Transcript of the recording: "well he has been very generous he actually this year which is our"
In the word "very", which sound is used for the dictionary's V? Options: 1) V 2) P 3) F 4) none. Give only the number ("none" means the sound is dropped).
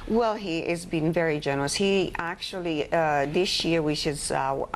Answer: 1